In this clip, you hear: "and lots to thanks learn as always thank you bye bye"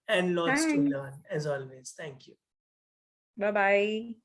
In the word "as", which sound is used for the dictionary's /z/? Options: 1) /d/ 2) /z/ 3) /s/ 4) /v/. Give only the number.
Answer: 2